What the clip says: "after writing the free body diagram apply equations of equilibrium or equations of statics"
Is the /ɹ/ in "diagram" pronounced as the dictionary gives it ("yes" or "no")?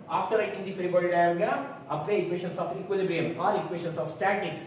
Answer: no